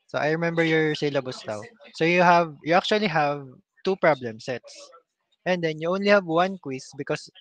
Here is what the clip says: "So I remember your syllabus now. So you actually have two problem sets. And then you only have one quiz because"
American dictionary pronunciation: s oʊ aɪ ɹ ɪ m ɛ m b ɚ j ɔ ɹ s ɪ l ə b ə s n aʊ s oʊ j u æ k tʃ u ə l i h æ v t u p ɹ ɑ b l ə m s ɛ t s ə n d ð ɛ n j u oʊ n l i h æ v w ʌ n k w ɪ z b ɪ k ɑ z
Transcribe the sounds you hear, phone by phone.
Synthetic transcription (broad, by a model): s oʊ aɪ ɹ ɪ m ɛ m b ɚ j ɔ ɹ s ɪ l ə b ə s l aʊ s oʊ j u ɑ k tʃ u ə l i h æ v t u p ɹ ɑ b l ə m s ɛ t s ə n d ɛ n j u oʊ n l i h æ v w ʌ n k w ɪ s b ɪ k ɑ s